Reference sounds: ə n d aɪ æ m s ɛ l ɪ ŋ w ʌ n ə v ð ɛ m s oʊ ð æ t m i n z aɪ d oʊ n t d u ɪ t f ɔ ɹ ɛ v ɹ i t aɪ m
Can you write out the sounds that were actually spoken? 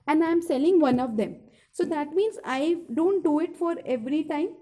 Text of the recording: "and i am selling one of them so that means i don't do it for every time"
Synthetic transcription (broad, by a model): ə n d aɪ m s ɛ l ɪ ŋ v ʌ n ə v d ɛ m s oʊ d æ t m i n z aɪ d oʊ n t d u ɪ t f ɔ ɹ ɛ v ɹ i t aɪ m